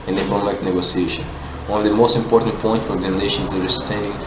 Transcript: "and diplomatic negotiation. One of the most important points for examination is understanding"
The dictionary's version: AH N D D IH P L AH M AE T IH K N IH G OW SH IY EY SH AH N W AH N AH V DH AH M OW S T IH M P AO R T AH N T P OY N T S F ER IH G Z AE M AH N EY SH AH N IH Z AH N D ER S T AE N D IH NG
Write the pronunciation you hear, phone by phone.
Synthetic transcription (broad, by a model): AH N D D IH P AH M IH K N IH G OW S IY EY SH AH N W AH N AH V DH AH M OW S T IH M P AO R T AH N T P OY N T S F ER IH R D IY AH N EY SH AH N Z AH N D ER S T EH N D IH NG